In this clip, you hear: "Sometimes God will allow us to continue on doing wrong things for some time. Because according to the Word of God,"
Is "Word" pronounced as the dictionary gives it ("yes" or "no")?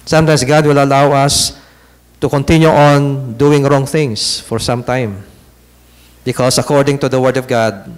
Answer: yes